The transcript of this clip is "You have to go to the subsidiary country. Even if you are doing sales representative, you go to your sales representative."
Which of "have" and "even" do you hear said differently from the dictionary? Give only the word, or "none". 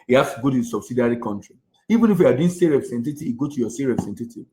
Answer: have